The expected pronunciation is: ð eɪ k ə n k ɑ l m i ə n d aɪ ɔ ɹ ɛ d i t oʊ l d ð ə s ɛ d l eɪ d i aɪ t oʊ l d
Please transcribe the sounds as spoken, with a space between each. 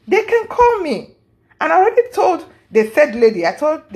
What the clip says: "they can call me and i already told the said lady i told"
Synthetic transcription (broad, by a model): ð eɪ k ə n k ɑ l m i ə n aɪ ɔ ɹ ɛ d i t oʊ l d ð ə θ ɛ d l eɪ d i aɪ t oʊ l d